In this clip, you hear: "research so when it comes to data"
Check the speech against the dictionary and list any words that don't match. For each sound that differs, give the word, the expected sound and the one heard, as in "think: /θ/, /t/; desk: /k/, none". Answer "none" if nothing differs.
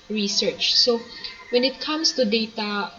comes: /z/, /s/